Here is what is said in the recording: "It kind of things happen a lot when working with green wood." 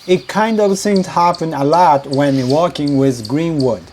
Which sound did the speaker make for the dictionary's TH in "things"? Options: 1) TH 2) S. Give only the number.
2